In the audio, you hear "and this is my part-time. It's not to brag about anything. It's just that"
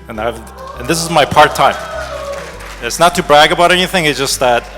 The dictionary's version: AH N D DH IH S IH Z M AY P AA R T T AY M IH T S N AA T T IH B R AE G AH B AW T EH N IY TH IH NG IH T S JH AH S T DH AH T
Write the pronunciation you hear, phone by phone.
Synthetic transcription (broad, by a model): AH N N DH IH S IH Z M AY P AA R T T AY M IH T S N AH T T IH B R AE G AH B AW T EH N IY TH IH NG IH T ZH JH AH S T DH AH T